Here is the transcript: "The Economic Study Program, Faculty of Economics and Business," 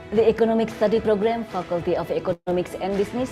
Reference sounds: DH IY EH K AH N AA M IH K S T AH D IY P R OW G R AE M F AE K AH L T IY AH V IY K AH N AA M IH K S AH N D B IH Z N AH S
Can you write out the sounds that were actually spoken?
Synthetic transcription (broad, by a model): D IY EH K AH N AA M IH K S T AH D IY P R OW G R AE M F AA K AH L T IY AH P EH K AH AA M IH K S AH N D B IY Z N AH S